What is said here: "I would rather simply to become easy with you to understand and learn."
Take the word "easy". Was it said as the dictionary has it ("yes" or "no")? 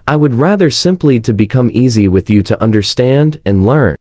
yes